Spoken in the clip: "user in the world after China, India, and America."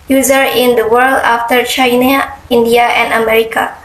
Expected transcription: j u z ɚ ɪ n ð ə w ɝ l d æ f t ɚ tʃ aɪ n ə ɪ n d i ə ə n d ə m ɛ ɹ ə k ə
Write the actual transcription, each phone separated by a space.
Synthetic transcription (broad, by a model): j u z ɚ ɪ n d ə w ɝ l d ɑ f t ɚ tʃ aɪ n ə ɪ n d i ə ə n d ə m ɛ ɹ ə k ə